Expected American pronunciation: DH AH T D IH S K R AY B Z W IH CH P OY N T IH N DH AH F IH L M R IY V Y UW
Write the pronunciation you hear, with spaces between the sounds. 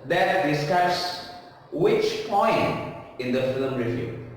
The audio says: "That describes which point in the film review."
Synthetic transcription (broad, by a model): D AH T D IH S K AY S W IH CH P OY N T IH N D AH F IH L M R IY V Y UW